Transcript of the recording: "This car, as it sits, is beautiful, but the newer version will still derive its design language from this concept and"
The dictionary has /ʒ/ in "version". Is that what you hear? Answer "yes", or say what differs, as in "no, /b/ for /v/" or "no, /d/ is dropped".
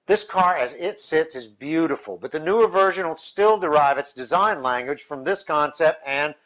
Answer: yes